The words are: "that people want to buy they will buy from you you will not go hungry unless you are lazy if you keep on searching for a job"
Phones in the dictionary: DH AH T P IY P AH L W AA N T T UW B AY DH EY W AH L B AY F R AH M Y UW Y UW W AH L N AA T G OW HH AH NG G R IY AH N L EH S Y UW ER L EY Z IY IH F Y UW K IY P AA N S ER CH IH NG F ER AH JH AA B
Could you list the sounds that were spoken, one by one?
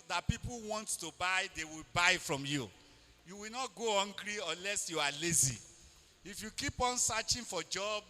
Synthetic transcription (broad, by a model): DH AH T P IY P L W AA N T T UW B AY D EY W AH L B AY F R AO M Y UW Y UW W AH L N AA T G OW HH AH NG G R IY AH N L EH S Y UW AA L EY Z IY IH F Y UW K IY P AA N S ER CH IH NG F AH JH AA B